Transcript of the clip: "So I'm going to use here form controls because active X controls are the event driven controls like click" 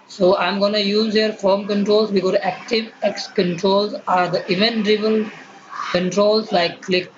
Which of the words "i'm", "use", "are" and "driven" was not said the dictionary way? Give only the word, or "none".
driven